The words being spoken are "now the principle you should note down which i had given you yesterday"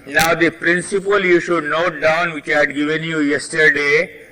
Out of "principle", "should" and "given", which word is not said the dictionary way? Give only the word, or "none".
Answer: none